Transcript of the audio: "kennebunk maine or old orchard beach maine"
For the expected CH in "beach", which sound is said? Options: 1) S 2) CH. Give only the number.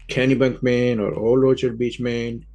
2